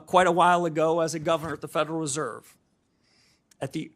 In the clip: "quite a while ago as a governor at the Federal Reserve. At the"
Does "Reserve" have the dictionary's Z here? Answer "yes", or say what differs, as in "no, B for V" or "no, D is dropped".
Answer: yes